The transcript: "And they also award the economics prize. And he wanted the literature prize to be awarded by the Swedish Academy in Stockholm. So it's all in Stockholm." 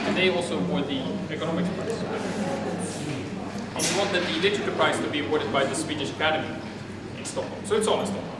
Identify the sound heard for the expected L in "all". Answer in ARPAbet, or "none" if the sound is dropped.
N